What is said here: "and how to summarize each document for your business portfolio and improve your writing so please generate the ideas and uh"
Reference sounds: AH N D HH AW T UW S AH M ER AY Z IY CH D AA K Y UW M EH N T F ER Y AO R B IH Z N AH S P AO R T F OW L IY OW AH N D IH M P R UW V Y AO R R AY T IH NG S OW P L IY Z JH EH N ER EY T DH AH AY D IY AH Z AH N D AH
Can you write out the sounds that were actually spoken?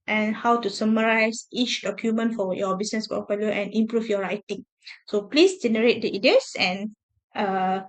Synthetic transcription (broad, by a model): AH N HH AW T UW S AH M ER AY S IY CH D AA K Y UW M EH N T F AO Y AO B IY S N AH S P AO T F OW L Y OW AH N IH M P R UW F Y AO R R AY T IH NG S OW P L IY S JH EH N ER EY T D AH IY D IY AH S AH N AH